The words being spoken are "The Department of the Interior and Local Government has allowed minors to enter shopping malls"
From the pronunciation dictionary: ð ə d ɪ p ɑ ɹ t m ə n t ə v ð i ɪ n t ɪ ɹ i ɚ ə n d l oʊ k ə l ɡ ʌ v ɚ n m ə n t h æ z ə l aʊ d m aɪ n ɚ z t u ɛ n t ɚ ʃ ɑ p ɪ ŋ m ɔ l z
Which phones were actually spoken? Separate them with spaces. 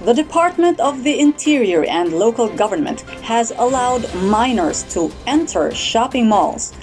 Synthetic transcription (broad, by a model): ð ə d ɪ p ɑ ɹ t m ə n t ə v ð i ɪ n t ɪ ɹ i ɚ ə n d l oʊ k ə l ɡ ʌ v ɚ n m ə n t h æ z ə l aʊ d m aɪ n ɚ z t u ɛ n t ɚ ʃ ɑ p ɪ ŋ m ɔ l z